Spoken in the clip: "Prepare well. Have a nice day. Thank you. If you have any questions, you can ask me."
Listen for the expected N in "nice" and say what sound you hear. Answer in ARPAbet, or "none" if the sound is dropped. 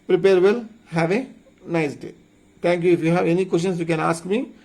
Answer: N